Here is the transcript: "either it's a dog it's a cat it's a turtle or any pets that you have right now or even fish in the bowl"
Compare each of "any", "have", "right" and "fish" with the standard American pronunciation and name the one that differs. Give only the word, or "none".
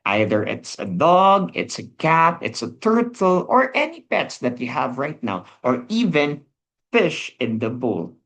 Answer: none